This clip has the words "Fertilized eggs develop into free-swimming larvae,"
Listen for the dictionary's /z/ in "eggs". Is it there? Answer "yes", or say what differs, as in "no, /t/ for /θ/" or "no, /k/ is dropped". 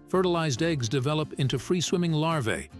yes